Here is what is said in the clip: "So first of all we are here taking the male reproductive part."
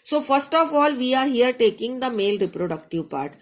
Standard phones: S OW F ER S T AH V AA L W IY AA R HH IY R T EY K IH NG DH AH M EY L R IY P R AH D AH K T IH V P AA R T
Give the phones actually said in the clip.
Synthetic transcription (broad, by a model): S OW F ER S T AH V AA L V IY AA R HH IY R T EY K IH NG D AH M EY L R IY P R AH D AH K T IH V P AA R T